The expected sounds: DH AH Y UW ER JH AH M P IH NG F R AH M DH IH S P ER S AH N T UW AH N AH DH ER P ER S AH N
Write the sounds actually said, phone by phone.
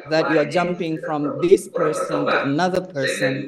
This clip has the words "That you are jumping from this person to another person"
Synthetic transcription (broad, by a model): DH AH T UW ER JH AH M P IH NG F R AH M DH IH S P ER S AH N T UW AH N AH DH ER P ER S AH N